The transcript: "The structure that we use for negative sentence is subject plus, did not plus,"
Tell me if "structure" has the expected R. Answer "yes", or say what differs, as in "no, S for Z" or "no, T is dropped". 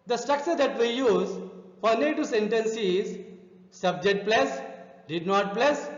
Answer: yes